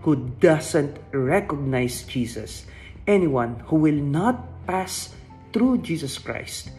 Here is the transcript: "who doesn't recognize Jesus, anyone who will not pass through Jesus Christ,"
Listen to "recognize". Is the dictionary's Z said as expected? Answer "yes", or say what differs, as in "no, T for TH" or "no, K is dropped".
no, S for Z